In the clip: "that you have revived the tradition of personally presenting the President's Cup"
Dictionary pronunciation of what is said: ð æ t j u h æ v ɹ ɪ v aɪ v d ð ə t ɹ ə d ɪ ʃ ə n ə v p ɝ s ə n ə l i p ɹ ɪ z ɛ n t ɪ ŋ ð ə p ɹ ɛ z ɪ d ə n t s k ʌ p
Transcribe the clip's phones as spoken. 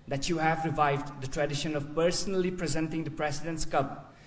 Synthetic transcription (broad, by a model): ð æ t j u h æ v ɹ ɪ v aɪ v d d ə t ɹ ə d ɪ ʃ ə n ə v p ɝ s ə n ə l i p ɹ ɪ z ɛ n t ɪ ŋ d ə p ɹ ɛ s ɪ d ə n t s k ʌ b